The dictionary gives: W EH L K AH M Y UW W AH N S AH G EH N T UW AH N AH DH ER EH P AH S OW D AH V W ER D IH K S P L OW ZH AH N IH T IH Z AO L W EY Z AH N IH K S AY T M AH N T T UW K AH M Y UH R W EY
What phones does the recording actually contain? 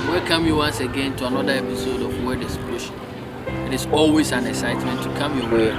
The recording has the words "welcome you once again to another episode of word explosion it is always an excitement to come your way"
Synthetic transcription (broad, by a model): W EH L K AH M Y UW W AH N S AH G EH N T UW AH N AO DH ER EH P AH S OW D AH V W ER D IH S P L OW SH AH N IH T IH S AO L W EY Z AH N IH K S AY T M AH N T T UW K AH M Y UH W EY